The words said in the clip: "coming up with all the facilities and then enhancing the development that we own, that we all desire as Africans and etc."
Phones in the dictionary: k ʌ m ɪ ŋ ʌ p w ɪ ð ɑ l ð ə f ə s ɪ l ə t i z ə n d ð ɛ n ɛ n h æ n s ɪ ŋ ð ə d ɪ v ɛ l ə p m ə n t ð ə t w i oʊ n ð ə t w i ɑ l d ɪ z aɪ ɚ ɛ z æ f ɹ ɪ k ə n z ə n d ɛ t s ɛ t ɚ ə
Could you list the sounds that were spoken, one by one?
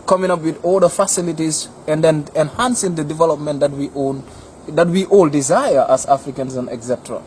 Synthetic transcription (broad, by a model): k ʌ m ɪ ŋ ʌ p w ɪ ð ɑ l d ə f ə s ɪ l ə t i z ə n d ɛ n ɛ n h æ n s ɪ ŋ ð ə d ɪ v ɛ l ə p m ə n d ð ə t w i oʊ n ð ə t w i ɑ l d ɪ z aɪ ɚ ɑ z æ f ɹ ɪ k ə n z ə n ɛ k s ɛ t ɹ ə